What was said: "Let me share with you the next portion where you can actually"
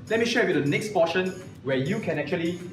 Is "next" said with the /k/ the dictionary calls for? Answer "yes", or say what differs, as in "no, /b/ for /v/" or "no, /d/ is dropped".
yes